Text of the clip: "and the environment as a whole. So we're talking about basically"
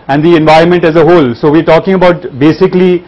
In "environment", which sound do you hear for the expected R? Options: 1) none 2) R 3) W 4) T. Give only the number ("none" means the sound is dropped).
2